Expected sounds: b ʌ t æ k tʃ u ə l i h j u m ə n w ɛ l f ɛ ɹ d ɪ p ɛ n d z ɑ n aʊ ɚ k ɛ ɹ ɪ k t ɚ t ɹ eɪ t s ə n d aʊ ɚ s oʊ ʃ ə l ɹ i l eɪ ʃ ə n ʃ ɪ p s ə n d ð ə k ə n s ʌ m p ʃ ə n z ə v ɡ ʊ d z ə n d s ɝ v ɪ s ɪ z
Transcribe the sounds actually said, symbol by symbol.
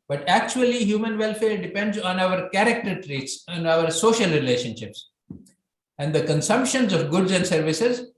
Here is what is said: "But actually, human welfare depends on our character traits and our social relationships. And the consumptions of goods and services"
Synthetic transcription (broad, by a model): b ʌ t æ k tʃ u ə l i h j u m ə n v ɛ l f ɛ ɹ d ɪ p ɛ n d z ɑ n aʊ ɚ k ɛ ɹ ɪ k t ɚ t ɹ eɪ t s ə n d aʊ ɚ s oʊ ʃ ə l ɹ i l eɪ ʃ ə n ʃ ɪ p s ə n d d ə k ə n s ʌ m p ʃ ə n z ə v ɡ ʊ d z ə n d s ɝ v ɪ s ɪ z